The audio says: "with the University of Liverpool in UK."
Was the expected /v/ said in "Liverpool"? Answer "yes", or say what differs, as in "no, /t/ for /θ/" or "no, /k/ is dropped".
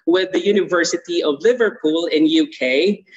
yes